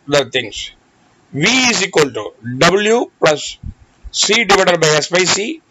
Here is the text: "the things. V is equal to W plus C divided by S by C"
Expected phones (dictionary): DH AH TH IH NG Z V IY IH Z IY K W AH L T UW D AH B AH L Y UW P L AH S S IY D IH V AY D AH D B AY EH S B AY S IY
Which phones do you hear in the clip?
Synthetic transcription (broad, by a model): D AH T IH NG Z V IY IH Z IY K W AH L T UW D AH B AH L Y UW P L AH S S IY D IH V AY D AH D B AY EH S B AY S IY